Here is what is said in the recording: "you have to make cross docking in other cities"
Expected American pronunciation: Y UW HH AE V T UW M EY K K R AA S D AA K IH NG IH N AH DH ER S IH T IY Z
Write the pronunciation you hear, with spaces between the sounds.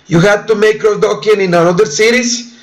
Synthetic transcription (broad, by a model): Y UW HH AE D T UW M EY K K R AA D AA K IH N IH N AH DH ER S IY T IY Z